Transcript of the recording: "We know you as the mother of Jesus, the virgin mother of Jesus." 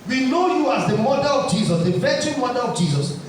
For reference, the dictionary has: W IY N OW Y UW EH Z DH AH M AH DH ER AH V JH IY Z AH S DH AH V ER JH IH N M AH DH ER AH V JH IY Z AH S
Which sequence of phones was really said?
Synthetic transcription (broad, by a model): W IY N OW Y UW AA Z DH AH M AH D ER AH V JH IY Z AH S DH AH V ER CH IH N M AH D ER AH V JH IY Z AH S